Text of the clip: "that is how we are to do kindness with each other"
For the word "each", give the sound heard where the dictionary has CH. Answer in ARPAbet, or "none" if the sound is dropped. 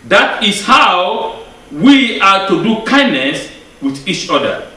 CH